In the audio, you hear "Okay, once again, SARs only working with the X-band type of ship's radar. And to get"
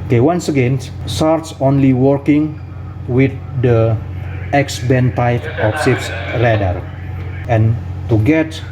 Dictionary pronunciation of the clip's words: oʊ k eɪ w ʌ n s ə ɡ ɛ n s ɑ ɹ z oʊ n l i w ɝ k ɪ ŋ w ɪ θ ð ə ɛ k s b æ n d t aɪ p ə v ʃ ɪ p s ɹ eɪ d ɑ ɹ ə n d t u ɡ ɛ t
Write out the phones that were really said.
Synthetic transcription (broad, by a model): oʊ k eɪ w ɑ n s ə ɡ ɛ n s ɑ ɹ s oʊ n l i w ɝ k ɪ ŋ w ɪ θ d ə ɛ k s b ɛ n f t aɪ f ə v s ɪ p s ɹ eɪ d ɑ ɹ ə n t u ɡ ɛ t